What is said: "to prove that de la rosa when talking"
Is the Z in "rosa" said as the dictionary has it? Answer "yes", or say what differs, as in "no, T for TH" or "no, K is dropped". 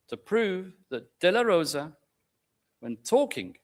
yes